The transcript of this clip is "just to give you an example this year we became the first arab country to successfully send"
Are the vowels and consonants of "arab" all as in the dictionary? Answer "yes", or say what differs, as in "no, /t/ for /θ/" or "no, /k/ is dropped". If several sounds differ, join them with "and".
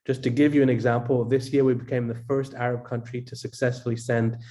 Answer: yes